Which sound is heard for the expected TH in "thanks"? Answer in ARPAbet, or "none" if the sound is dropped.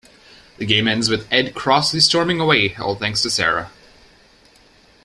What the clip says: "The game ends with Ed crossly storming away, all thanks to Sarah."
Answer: TH